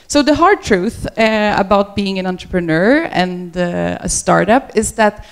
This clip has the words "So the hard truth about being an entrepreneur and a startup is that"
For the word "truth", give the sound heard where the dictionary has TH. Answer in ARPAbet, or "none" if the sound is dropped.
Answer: TH